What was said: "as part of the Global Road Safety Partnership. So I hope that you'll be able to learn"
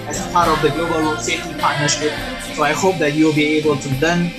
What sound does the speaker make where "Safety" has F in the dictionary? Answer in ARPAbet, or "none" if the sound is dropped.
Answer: none